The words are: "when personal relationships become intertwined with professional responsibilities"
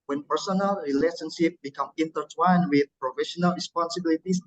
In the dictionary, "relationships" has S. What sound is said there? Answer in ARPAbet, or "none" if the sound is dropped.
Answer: none